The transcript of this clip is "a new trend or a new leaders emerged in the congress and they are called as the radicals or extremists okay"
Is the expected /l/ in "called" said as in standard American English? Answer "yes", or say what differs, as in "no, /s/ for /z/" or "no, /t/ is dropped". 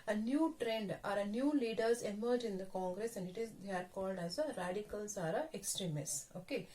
yes